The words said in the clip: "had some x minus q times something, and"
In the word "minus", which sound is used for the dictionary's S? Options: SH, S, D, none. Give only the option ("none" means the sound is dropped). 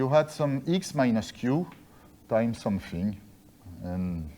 S